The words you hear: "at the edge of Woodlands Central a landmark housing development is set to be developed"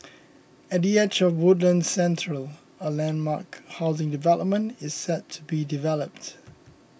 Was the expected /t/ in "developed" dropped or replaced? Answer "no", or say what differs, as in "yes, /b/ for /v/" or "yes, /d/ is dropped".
no